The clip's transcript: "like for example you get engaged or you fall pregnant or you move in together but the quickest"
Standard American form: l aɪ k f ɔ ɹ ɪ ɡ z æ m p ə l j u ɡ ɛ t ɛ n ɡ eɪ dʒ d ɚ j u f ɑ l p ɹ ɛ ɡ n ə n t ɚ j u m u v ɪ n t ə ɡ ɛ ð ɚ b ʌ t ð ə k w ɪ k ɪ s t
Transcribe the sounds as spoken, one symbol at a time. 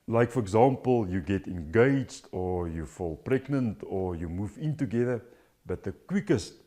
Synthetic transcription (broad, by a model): l aɪ k f ɔ ɹ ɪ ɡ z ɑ m p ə l j u ɡ ɛ t ɛ n ɡ eɪ dʒ d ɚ j u f ɑ l p ɹ ɛ ɡ n ə n t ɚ j u m u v ɪ n t ə ɡ ɛ ð ɚ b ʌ t ð ə k w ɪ k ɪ s t